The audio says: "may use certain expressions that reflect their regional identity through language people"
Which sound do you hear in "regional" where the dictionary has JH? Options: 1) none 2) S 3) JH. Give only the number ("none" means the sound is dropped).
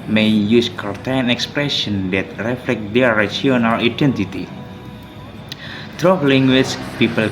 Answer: 1